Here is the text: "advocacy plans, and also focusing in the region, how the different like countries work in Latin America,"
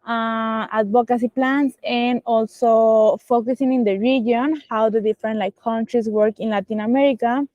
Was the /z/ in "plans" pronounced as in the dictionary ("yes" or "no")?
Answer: no